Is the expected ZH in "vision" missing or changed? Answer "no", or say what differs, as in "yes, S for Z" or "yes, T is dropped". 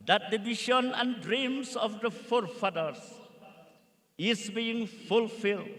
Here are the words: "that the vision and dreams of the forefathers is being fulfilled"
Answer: yes, SH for ZH